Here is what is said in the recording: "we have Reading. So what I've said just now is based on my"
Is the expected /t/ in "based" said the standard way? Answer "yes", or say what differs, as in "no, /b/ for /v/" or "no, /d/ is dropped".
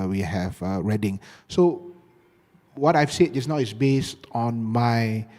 yes